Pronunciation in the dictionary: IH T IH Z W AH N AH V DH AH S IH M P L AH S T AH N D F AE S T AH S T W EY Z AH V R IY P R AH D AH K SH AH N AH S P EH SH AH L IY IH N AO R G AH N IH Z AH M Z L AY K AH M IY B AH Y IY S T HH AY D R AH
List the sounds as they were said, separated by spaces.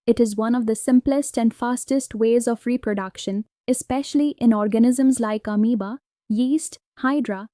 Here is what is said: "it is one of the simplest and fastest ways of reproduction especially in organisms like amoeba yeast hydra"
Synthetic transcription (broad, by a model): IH T IH Z W AH N AH V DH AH S IH M P L AH S T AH N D F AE S T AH S T W EY Z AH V R IY P R AH D AH K SH AH N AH S P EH SH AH L IY IH N AO R G AH N IH Z AH M Z L AY K AH M IY B AH Y IY S T HH AY D R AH